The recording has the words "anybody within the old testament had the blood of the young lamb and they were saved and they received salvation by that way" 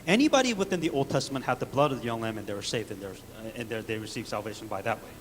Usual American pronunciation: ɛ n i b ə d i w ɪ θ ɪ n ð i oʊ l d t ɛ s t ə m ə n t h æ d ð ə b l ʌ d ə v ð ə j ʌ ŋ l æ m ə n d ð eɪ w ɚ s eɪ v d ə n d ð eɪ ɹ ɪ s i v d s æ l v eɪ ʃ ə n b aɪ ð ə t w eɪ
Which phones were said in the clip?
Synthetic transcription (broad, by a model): ɛ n i b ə d i w ɪ θ ɪ n ð i oʊ l d t ɛ s t ə m ə n t h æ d ð ə b l ʌ d ə v ð ə j ʌ ŋ l æ m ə n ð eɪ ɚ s eɪ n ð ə n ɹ ð eɪ ɹ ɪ s i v s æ l v eɪ ʃ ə n b aɪ ð ə t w eɪ